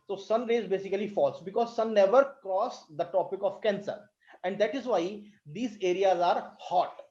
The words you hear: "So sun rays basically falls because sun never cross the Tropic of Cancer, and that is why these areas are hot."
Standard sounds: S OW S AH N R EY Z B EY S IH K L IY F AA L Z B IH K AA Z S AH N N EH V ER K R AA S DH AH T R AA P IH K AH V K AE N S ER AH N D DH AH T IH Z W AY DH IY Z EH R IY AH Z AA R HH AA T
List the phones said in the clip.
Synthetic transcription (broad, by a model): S OW S AH N R EY Z B EY S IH K L IY F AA L S B IH K AA Z S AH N N EH V ER K R AA S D AH T AA P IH K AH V K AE N S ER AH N D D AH T IH Z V AY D IY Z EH R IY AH Z AA R HH AA T